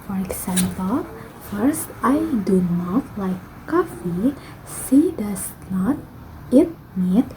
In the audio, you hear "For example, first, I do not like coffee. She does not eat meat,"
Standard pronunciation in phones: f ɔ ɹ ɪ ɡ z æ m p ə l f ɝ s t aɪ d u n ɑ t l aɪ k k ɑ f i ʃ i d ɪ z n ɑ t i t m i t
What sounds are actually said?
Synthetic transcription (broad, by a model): f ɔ ɹ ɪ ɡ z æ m p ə l f ɝ s t aɪ d u n ɑ t l aɪ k k ɑ f i s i d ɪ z n ɑ t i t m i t